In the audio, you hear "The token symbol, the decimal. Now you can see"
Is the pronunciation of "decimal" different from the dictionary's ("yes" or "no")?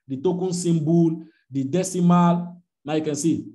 no